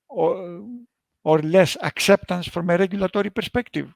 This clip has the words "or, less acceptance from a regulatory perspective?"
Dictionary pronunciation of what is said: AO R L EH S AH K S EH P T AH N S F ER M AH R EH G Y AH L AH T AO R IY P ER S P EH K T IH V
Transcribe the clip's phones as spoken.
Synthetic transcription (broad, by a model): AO R L EH S AH K S EH P T AH N S F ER M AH R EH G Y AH L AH T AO R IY P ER S P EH K T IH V